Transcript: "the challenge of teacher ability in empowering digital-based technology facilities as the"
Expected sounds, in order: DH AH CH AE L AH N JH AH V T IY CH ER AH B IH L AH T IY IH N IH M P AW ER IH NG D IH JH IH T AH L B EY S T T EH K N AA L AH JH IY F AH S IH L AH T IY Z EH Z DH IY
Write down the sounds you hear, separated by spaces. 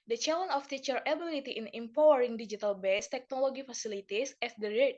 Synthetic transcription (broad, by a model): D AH CH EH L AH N AH F T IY CH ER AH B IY L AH T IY IH N IH M P AW ER IH NG D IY JH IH T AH L B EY S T T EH K N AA L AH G IY F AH S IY L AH T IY S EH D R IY